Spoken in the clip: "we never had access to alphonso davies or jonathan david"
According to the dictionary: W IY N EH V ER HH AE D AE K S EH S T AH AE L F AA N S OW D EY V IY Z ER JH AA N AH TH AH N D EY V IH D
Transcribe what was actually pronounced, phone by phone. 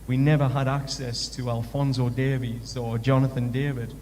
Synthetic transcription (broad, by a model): W IY N EH V ER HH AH D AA K S EH S T AH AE L F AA N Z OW D EY V IY Z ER JH AA N AH TH AH N D EY V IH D